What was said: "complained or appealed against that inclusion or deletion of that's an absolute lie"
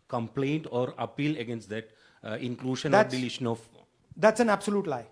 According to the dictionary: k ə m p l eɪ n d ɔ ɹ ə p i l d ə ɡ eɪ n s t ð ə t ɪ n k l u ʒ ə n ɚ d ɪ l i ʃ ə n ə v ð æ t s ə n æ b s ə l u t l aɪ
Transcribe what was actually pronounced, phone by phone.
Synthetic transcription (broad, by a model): k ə m p l eɪ n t ɔ ɹ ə p i l ə ɡ eɪ n s t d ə t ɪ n k l u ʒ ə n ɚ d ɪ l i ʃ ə n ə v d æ t s ə n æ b s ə l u t l aɪ